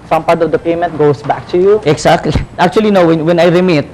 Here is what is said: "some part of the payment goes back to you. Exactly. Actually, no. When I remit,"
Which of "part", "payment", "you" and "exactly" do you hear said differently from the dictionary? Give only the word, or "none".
exactly